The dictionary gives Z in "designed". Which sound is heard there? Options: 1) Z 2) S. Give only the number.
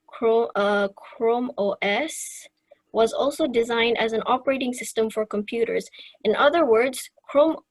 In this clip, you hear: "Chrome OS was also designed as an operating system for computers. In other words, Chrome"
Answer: 1